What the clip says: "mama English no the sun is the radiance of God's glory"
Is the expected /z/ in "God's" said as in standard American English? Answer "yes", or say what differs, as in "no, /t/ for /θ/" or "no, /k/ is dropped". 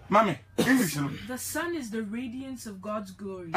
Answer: yes